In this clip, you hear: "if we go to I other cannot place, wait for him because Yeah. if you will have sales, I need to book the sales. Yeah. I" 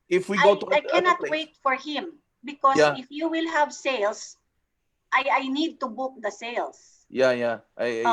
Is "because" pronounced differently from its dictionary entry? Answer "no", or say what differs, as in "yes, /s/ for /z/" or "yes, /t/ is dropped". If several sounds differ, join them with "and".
yes, /z/ is dropped